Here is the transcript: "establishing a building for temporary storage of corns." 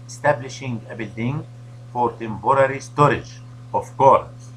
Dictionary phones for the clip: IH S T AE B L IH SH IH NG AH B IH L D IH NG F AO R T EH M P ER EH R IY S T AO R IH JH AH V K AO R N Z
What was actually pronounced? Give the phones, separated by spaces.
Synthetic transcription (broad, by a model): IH S T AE B L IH SH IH NG AH B IH L D IH NG F AO R T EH M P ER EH R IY S T AO R IH JH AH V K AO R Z